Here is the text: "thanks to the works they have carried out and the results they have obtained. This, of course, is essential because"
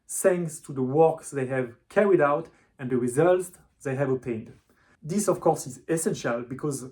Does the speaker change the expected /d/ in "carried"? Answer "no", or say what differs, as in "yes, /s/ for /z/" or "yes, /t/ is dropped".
no